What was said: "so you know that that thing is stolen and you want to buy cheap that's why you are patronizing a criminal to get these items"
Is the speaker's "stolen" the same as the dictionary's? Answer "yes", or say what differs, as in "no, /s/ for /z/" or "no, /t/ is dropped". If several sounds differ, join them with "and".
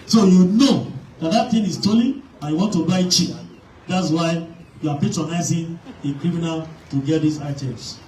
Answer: no, /n/ is dropped